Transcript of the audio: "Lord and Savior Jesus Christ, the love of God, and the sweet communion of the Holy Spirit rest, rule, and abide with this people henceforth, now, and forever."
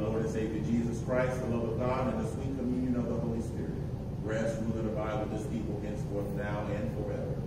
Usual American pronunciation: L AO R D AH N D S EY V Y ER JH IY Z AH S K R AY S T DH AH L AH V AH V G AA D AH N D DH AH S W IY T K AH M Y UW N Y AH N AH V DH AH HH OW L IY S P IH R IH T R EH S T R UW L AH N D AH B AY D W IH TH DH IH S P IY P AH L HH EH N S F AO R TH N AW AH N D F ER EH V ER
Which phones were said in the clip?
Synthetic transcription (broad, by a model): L AO R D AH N S EY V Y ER JH IY Z AH S K R AY S T DH AH L AH V AH V G AA D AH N DH AH S W IY T K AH M Y UW N Y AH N AH V DH AH HH OW L IY S P IH R IH T R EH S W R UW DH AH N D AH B AY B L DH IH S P IY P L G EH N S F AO R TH N AW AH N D F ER EH V ER